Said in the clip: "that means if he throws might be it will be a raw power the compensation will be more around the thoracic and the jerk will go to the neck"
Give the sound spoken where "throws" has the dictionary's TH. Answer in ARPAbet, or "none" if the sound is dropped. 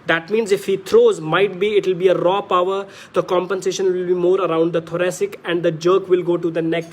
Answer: T